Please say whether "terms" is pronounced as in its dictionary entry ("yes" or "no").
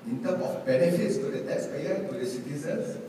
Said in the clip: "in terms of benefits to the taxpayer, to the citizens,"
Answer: no